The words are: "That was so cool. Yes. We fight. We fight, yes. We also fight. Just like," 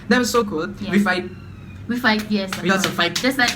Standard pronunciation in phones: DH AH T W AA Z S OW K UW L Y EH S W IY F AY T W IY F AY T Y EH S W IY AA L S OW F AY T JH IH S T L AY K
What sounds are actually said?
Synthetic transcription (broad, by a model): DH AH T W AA S OW K UW L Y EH W IY F AY T W IY F AY T Y EH S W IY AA S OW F AY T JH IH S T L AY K